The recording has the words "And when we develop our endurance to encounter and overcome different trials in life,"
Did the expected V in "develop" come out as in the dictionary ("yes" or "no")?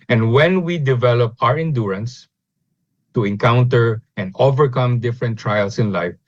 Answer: yes